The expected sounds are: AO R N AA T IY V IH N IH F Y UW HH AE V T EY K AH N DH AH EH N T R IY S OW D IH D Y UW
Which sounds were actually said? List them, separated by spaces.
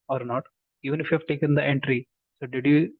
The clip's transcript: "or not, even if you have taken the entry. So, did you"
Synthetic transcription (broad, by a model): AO R N AA T IY V IH N IH F Y UW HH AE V T EY K AH N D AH EH N T R IY S OW D IH D Y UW